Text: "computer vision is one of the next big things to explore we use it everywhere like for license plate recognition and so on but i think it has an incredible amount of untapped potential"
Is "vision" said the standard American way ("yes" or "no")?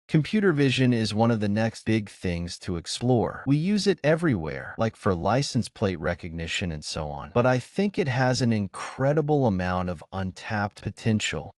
yes